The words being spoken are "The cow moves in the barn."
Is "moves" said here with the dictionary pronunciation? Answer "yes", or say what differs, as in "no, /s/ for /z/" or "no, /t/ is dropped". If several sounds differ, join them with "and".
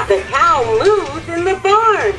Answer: no, /v/ is dropped